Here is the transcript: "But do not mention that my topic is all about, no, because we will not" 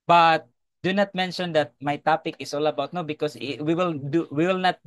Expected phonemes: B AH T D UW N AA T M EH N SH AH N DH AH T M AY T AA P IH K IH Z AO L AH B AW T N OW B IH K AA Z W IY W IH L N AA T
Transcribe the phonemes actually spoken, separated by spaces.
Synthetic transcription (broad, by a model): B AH T D UW N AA T M EH N SH AH N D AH T M AY T AA P IH K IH S AO L AH B AW T N OW B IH K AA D W IY W IH L N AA T